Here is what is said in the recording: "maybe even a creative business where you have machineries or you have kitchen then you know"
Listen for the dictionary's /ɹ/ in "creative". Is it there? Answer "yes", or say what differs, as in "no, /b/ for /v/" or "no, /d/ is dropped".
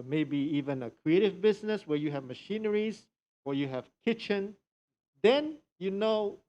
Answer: yes